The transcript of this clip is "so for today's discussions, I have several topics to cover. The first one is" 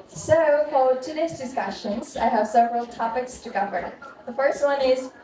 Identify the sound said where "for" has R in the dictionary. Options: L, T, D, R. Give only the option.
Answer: L